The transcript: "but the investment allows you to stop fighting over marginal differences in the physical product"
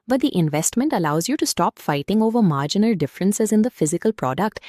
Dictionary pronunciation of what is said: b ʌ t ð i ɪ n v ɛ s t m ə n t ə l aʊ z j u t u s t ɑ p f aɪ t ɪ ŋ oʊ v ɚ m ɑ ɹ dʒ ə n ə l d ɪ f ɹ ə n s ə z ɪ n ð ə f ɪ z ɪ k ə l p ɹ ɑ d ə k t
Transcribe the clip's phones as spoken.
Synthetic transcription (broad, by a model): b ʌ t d i ɪ n v ɛ s t m ə n t ə l aʊ z j u t u s t ɑ p f aɪ t ɪ ŋ oʊ v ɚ m ɑ ɹ dʒ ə n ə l d ɪ f ɹ ə n s ə z ɪ n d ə f ɪ z ɪ k ə l p ɹ ɑ d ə k t